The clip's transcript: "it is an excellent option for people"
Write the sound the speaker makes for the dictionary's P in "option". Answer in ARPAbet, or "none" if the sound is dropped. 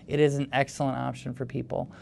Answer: P